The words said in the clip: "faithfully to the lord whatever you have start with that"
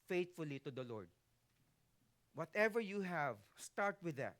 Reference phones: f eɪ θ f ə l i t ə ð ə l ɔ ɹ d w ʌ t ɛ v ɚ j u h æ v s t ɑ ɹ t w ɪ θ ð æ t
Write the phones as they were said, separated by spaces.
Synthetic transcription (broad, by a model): f eɪ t f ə l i t ə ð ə l ɔ ɹ d w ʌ t ɛ v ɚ j u h æ v s t ɑ ɹ t w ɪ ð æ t